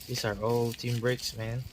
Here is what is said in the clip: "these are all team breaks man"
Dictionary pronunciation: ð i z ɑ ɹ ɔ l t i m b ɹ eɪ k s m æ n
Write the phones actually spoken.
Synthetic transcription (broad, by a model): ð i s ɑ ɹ ɔ l t i m b ɹ eɪ k s m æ n